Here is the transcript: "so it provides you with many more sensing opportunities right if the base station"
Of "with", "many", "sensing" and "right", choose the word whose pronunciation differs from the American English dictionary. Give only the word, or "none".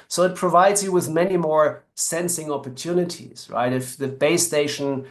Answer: none